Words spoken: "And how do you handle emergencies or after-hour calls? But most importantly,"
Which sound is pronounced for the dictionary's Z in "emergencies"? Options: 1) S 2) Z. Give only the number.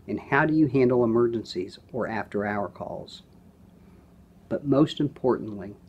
2